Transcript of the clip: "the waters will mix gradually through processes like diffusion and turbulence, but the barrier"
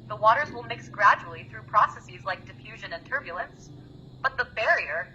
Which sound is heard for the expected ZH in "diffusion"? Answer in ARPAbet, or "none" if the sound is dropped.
ZH